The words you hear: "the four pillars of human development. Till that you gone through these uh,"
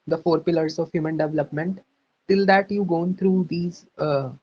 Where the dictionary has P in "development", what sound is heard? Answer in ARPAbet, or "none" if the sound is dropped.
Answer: P